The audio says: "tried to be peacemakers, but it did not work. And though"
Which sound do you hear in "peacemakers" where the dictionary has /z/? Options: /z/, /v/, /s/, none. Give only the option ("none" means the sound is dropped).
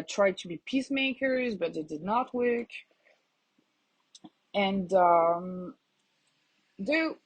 /z/